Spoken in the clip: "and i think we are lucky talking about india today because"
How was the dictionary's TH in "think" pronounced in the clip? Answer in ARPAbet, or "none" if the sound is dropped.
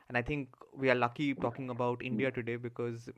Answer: T